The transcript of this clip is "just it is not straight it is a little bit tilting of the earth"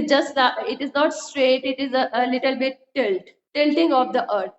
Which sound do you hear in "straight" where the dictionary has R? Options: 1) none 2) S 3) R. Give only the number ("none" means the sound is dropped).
3